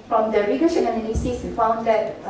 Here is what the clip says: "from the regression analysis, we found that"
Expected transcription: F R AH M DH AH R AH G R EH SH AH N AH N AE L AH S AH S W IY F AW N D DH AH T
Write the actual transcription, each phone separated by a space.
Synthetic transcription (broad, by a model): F R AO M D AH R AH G AH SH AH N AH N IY N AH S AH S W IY F AW N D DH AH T